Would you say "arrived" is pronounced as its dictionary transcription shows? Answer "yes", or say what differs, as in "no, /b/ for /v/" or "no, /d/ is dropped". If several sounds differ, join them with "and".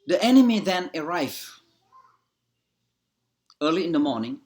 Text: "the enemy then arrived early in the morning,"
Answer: no, /d/ is dropped